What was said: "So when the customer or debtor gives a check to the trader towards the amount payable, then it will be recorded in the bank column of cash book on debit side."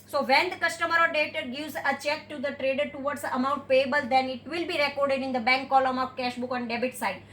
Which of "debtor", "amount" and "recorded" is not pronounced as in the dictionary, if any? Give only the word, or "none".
none